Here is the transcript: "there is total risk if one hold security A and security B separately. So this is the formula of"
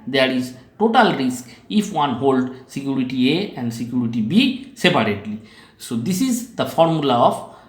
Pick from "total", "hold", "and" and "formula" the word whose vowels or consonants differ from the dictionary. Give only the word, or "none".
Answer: none